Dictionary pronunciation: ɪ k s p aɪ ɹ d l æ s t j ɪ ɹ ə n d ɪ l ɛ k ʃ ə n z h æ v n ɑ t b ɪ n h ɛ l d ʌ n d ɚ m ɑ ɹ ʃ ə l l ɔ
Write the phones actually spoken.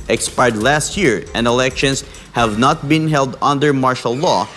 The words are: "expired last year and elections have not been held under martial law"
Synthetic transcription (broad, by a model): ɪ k s p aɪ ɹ d l æ s t j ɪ ɹ ə n d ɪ l ɛ k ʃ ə n s h æ v n ɑ t b ɪ n h ɛ l d ʌ n d ɚ m ɑ ɹ ʃ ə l l ɔ